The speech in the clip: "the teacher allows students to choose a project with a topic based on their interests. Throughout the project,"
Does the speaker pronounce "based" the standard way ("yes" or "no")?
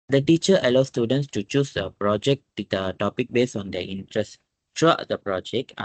no